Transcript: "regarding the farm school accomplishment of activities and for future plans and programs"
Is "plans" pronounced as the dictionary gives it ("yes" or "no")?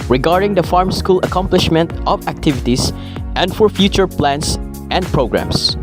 no